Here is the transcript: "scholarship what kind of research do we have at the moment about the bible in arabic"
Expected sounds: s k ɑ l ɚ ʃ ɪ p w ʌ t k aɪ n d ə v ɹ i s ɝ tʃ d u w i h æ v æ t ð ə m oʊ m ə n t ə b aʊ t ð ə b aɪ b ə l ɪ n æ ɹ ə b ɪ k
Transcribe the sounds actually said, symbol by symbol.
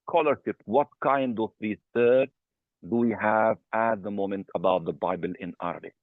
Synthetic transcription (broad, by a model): k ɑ l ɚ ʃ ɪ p w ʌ t k aɪ n d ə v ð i θ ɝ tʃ d u w i h æ v æ t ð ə m oʊ m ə n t ə b aʊ t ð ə b aɪ b ə l ɪ n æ ɹ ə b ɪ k